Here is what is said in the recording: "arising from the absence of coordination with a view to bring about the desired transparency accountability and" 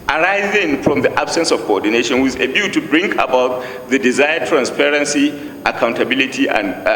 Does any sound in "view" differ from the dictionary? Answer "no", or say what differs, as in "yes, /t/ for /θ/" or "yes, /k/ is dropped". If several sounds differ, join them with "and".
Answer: yes, /b/ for /v/